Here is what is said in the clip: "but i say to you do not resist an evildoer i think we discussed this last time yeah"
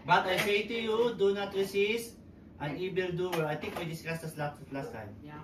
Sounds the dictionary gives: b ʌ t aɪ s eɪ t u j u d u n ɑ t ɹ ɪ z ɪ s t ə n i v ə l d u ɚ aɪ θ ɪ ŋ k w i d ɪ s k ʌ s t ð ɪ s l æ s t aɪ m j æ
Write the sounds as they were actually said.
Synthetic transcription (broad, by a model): b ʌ t aɪ s eɪ t u j u d u n ɑ t ɹ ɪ s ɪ s t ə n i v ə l d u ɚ aɪ t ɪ ŋ k w i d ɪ s k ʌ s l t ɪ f l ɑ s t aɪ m